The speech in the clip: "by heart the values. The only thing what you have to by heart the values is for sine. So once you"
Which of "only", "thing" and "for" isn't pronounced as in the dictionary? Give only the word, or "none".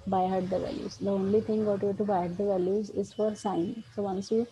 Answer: thing